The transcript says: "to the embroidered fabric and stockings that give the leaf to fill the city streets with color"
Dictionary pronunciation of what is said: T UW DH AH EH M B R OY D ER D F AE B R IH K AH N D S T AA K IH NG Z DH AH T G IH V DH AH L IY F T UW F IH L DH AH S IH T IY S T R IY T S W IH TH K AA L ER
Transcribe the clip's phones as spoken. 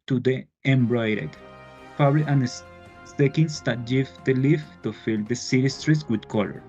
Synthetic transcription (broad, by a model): T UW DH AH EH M B R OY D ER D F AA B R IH AH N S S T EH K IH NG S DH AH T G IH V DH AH L IY F T UW F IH L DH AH S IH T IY S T R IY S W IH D K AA L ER